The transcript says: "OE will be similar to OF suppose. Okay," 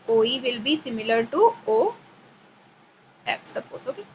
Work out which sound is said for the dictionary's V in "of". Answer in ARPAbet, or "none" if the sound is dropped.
P